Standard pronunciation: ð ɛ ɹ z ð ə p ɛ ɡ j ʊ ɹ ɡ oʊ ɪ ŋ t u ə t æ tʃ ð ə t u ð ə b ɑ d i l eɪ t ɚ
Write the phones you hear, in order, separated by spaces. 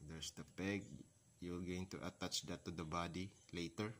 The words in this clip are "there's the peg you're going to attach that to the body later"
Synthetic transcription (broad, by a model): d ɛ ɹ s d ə p ɛ ɡ j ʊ l ɡ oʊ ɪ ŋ t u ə t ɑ tʃ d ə t u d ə b ɑ d i l eɪ t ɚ